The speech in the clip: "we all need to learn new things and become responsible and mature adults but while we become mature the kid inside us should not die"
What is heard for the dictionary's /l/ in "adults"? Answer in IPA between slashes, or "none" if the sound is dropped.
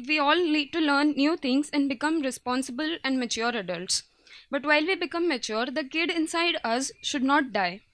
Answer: /l/